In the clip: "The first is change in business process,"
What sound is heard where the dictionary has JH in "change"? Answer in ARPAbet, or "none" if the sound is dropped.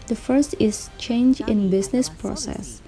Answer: JH